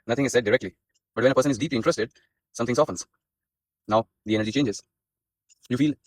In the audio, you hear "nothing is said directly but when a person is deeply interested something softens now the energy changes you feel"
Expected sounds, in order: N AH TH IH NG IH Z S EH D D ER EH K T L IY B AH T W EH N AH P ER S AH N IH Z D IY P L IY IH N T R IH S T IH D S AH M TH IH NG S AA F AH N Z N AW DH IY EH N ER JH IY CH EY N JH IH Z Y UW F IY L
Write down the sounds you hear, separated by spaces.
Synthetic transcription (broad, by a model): N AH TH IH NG IH Z S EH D D ER EH K T L IY B AH T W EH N AH P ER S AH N IH Z D IY P L IY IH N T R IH S T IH D S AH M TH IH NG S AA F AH N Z N AW DH IY EH N ER JH IY CH EY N JH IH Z Y UW F IY L